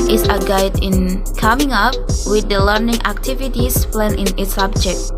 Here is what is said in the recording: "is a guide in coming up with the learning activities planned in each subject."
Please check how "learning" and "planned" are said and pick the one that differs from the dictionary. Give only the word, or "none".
planned